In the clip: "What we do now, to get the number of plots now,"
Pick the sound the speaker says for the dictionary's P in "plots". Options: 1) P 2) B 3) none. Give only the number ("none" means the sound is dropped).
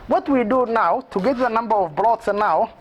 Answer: 2